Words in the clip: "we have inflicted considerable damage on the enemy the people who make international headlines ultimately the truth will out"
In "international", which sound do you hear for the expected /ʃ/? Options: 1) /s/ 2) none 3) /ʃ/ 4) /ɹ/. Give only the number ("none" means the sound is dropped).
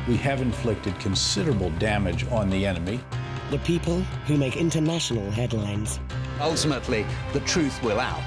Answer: 3